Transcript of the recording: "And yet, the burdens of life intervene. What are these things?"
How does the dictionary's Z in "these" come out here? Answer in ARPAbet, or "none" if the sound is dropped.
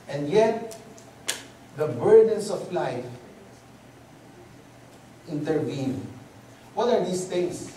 S